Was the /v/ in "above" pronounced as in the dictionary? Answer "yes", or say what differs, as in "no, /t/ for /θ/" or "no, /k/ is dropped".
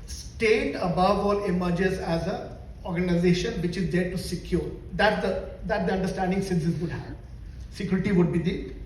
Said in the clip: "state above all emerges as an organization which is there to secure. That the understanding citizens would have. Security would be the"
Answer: yes